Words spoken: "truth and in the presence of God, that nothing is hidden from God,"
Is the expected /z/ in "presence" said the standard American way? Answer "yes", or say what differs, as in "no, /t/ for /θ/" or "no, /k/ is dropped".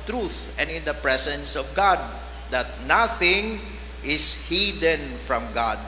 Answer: no, /s/ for /z/